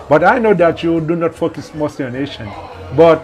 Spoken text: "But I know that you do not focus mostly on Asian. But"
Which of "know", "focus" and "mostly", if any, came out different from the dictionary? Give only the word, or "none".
mostly